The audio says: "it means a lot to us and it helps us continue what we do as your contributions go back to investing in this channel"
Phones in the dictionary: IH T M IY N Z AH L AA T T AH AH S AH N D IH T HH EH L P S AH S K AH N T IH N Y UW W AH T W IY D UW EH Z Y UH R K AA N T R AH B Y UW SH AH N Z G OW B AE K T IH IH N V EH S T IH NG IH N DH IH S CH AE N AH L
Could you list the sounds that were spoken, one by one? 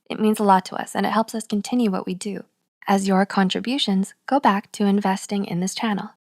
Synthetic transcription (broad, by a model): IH T M IY N Z AH L AA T T AH AH S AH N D IH T HH EH L P S AH S K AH N T IH N Y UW W AH T W IY D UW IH Z Y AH R K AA N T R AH B Y UW SH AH N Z G OW B AE K T IH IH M V EH S T IH NG IH N DH IH S CH AE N L